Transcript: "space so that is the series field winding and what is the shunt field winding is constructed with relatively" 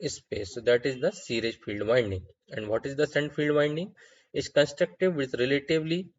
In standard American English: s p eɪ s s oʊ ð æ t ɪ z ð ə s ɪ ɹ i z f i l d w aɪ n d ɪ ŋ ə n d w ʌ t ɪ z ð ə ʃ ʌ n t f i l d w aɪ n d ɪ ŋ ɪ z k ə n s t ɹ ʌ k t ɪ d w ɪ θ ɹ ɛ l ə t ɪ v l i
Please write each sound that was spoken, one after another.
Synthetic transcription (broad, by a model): s p eɪ s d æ t ɪ z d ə s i ɹ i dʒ f i l d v aɪ n d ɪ ŋ ə n d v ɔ t ɪ z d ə s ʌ n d f i l d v aɪ n d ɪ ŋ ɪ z k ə n s t ɹ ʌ k t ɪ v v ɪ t ɹ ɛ l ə t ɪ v l i